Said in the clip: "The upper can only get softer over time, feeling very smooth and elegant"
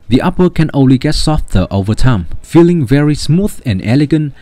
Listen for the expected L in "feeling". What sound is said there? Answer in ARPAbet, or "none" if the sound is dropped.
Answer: L